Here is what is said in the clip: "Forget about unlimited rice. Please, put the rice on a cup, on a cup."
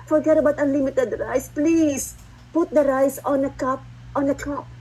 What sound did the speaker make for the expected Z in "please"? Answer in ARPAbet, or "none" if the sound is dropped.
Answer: S